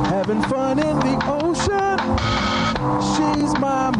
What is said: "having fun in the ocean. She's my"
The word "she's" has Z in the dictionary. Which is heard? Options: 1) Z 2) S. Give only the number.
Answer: 1